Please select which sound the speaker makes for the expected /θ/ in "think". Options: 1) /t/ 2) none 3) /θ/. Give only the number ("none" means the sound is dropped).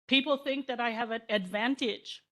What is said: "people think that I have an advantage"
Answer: 3